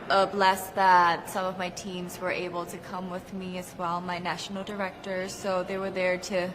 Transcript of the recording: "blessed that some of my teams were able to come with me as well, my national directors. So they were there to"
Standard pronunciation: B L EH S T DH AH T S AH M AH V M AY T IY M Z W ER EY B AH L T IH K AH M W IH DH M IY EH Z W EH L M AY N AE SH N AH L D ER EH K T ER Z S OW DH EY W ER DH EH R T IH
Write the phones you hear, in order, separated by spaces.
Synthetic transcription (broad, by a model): B L EH S DH AH T S AH M AH V M AY T IY M Z W ER EY B L T IH K AH M W IH DH M IY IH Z W EH L M AY N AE SH N L D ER EH K T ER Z S OW DH EY W ER DH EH R T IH